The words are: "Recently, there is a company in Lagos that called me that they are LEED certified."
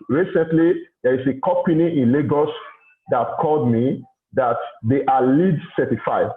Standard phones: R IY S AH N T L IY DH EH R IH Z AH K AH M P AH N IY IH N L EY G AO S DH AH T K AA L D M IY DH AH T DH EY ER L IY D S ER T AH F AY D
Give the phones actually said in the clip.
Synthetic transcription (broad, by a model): R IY S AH N T L IY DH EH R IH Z AH K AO P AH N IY IH N L EY G AO S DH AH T K AA L D M IY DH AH T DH EY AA L IY D S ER T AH F AY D